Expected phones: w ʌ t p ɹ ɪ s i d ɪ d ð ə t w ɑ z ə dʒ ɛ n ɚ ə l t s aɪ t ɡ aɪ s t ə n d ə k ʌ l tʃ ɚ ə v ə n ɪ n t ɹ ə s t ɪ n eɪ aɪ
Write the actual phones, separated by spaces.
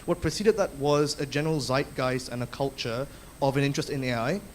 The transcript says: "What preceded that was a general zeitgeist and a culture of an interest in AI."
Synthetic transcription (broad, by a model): w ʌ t p ɹ ɪ s i d ɪ d ð ə t w ɑ z ə dʒ ɛ n ɚ ə l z aɪ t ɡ aɪ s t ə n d ə k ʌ l tʃ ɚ ə v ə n ɪ n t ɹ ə s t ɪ n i aɪ